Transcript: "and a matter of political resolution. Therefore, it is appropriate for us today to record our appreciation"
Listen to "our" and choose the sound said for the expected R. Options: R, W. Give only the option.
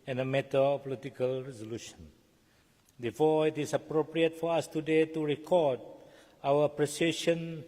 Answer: W